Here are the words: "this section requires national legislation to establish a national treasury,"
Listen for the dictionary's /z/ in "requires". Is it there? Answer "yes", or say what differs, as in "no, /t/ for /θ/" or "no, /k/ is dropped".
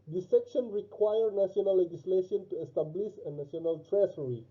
no, /z/ is dropped